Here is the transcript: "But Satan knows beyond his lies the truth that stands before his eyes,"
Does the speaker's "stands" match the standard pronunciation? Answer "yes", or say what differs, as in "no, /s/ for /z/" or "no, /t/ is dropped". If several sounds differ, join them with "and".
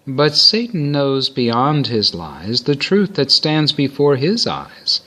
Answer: yes